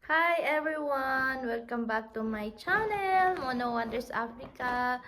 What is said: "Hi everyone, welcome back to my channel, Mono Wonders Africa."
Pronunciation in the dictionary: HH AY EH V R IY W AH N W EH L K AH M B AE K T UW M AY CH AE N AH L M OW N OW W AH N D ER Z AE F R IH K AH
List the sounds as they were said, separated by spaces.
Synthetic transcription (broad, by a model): HH AY EH V R IY W AH N W EH L K AH M B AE K T UW M AY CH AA N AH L M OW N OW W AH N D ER S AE F R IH K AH